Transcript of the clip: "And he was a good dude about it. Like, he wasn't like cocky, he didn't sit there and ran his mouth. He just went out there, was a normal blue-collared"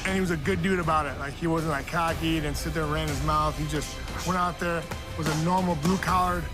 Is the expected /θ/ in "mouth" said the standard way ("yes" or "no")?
yes